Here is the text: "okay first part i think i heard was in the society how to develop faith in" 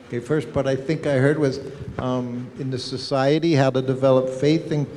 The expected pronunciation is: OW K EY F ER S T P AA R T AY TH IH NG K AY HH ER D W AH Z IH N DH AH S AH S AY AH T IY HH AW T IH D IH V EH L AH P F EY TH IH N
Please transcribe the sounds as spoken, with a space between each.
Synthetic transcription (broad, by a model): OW K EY F ER S T B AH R T AY TH IH NG K AY HH ER D W AH Z IH N DH AH S AH S AY AH T IY HH AW T IH D IH V EH L AH P F EY TH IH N